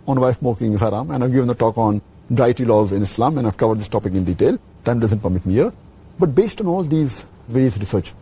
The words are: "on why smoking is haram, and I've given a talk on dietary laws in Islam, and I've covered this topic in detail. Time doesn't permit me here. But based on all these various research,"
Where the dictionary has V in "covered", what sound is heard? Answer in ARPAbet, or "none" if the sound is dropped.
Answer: V